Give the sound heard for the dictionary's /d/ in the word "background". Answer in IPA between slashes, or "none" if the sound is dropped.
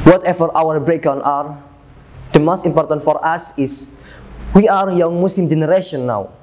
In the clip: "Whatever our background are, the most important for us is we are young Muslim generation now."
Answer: none